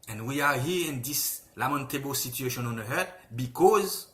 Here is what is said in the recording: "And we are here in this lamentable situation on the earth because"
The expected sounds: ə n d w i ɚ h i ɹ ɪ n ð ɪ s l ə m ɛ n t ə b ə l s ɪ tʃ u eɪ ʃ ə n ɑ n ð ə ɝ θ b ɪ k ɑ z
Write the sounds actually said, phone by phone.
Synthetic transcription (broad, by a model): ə n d w i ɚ h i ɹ ɪ n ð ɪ s l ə m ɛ n t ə b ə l s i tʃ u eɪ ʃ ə n ɑ n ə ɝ t b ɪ k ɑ z